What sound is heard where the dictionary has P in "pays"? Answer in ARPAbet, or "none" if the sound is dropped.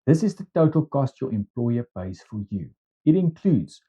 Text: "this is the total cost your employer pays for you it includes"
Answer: B